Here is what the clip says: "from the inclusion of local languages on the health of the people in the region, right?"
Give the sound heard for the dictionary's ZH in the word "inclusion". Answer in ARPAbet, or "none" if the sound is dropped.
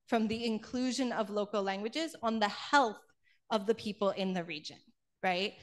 ZH